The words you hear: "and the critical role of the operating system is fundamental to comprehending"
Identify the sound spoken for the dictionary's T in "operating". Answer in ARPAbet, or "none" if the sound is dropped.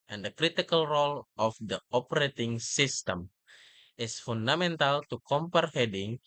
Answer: T